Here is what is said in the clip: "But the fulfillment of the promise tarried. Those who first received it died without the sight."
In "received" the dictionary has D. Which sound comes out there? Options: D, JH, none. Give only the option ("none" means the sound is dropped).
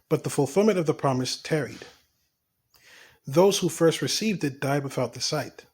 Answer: D